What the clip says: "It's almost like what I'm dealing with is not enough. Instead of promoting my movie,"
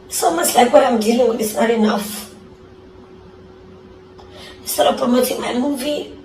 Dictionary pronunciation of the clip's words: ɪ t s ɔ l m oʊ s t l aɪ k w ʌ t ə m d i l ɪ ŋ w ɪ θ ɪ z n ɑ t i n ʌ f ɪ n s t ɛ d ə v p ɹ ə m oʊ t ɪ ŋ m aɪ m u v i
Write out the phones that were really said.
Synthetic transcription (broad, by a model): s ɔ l m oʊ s l aɪ k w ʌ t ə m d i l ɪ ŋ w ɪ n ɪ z n ɑ t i n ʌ f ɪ s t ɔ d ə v p ɹ ə m oʊ t ɪ ŋ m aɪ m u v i